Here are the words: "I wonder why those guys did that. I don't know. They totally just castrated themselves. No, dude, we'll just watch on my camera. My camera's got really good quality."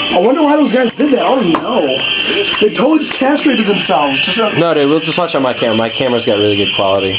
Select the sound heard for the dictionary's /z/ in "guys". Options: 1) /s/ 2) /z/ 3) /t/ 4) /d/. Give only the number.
2